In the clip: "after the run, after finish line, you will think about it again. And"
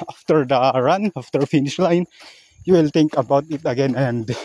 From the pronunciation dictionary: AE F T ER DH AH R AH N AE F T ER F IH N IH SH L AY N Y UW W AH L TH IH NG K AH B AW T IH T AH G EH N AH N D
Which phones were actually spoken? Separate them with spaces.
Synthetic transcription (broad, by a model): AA F T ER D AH R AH N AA F T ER F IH N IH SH L AY N Y UW W AH L T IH NG K AH B AW T IH T AH G EH N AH N D